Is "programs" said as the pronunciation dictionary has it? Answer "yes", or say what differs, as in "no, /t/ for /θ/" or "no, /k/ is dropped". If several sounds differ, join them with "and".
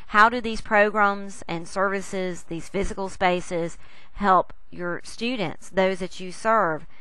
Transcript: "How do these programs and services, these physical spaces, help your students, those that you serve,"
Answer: yes